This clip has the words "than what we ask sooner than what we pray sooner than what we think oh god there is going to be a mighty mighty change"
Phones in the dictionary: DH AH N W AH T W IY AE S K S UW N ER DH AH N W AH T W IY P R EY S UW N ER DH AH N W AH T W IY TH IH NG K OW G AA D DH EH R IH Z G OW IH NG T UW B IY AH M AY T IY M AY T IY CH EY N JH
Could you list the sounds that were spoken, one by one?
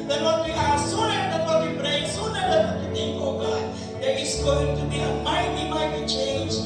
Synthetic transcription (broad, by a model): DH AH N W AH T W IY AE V S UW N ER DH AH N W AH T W IY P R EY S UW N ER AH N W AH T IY T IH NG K OW G AA D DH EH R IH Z G OW IH NG T UW B IY AH M AY T IY M AY T IY CH EY N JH